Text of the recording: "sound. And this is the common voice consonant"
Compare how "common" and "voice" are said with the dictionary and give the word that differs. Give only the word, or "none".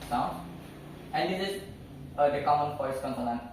voice